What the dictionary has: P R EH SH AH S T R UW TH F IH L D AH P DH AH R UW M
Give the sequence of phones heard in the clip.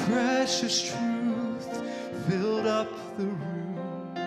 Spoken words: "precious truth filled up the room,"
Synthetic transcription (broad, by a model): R EH SH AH S T R UW TH F IH L D AH P DH AH R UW M